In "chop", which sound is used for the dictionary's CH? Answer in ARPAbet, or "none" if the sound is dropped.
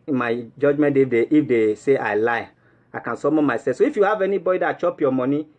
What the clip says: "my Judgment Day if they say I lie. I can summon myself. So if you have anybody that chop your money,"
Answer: CH